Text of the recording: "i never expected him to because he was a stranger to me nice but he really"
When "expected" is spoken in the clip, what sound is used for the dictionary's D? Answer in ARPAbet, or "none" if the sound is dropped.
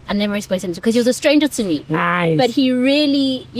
none